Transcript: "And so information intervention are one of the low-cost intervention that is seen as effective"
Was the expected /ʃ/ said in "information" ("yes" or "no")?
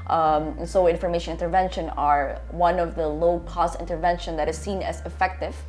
yes